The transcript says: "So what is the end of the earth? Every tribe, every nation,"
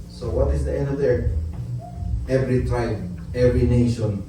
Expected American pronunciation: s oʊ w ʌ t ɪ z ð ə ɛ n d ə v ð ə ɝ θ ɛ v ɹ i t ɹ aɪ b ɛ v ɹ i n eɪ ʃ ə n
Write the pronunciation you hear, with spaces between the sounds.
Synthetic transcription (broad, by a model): s oʊ w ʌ t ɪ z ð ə ɛ n d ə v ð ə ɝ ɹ ɛ v ɹ i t aɪ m ɛ v ɹ i n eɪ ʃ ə n